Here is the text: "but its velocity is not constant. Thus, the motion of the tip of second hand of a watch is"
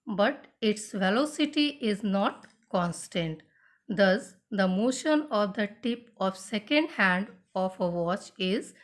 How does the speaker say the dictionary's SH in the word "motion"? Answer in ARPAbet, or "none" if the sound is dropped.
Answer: SH